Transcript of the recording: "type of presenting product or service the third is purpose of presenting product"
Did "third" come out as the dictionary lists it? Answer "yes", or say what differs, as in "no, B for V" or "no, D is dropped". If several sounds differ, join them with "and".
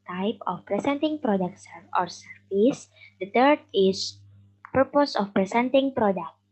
no, T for TH